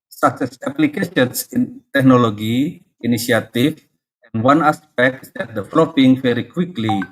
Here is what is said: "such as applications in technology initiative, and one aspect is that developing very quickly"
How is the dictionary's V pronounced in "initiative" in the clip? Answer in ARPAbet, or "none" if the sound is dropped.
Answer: F